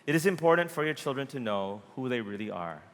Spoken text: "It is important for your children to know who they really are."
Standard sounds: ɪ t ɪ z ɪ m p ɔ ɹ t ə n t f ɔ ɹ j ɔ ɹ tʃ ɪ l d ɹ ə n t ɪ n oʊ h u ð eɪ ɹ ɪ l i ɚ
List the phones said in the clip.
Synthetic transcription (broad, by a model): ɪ t ɪ z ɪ m p ɔ ɹ t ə n t f ɔ ɹ j ɔ ɹ tʃ ɪ l d ɹ ə n t ɪ n oʊ h u ð eɪ ɹ ɪ l i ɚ